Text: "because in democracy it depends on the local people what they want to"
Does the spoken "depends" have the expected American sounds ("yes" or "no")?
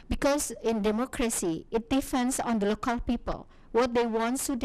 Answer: no